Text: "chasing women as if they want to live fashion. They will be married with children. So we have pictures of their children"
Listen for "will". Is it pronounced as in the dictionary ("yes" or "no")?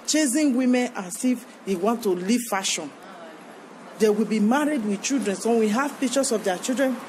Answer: yes